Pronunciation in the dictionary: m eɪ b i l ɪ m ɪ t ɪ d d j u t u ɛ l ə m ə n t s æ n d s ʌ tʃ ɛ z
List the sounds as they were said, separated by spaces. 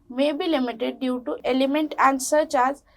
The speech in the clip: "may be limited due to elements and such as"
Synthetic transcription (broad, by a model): m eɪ b i l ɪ m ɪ t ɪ d d j u t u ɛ l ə m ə n t æ n d s ʌ tʃ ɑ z